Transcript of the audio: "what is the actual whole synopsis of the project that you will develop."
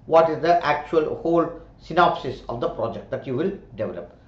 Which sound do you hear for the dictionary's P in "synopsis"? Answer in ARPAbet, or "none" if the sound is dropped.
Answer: P